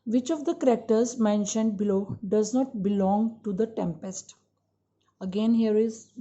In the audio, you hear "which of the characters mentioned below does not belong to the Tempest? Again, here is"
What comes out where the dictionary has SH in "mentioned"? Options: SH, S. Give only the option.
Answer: SH